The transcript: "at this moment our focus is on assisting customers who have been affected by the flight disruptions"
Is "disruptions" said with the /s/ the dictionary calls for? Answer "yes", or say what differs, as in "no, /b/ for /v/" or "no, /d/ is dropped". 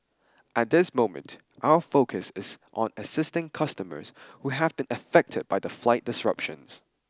yes